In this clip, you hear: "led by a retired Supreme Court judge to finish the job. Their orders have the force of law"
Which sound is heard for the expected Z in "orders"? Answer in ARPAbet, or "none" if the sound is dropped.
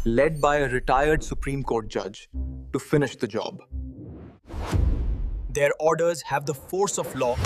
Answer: Z